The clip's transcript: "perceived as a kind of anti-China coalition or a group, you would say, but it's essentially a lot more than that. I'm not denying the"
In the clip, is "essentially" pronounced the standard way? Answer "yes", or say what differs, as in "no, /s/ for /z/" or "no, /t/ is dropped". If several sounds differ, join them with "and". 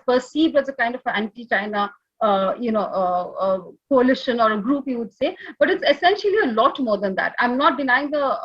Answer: yes